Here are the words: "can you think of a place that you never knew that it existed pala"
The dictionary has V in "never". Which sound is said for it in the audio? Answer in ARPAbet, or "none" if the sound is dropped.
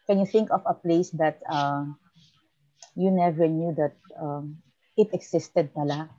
V